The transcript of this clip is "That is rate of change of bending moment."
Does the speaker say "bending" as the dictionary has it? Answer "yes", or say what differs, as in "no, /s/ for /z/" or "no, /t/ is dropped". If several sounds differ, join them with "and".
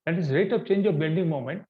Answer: no, /l/ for /n/